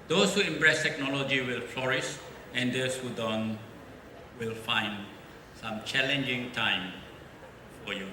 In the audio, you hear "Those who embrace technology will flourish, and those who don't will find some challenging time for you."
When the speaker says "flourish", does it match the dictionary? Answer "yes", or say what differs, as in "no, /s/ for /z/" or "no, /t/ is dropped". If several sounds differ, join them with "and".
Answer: no, /s/ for /ʃ/